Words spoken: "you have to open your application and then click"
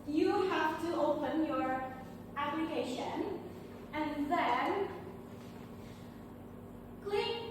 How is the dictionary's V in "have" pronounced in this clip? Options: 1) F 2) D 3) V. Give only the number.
1